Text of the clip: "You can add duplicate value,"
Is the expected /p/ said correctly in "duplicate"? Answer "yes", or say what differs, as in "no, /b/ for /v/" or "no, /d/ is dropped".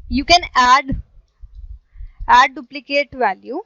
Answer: yes